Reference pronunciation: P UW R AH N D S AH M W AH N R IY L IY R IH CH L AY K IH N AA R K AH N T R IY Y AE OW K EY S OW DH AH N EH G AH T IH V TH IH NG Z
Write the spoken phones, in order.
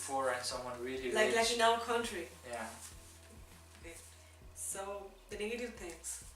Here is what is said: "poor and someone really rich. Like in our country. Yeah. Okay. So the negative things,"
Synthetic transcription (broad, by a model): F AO R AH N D S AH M W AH N R IY L IY L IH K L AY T IH N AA L K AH N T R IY Y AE OW K EY S OW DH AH N EH G AH T IH V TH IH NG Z